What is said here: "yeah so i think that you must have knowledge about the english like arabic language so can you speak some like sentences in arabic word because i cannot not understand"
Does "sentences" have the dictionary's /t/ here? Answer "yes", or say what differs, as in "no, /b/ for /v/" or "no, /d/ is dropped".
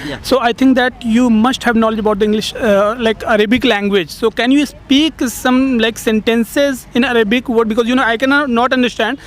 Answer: yes